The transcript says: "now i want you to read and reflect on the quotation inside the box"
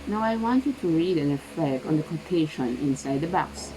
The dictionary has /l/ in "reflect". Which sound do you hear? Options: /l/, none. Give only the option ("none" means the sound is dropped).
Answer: none